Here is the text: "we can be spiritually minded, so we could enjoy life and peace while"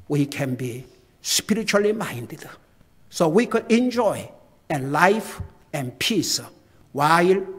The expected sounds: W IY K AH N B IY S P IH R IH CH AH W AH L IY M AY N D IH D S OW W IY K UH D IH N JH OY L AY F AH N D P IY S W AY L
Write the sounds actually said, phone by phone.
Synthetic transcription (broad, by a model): W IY K AH N B IY S P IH R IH CH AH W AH L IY M AY N D IH D S OW W IY K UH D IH N JH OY L AY F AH N P IY S W AY L